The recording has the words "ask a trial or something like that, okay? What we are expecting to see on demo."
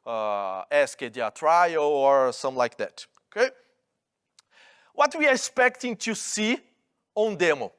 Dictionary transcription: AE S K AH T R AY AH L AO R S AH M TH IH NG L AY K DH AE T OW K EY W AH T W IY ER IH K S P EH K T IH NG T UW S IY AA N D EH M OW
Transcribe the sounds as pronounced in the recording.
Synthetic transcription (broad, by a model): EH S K AH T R AY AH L AO R S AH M L AY K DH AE T OW K EY W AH T W IY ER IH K S P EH K T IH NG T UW S IY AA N D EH M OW